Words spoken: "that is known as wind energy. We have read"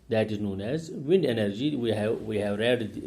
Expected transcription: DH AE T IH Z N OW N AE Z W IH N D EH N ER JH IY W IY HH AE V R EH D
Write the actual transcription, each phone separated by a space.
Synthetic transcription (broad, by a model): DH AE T IH Z N OW N AE Z W IH N D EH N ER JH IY W IY HH AE V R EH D